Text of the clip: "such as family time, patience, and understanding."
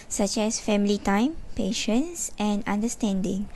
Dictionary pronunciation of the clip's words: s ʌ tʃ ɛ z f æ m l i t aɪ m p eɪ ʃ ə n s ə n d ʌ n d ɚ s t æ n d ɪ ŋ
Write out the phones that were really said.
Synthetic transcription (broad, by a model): s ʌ tʃ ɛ s f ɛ m l i t aɪ m p eɪ ʃ ə n s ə n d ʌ n d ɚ s t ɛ n d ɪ ŋ